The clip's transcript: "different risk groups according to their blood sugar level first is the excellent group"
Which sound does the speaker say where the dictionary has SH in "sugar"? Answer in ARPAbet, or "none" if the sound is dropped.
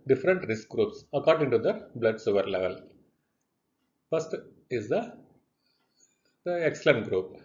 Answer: S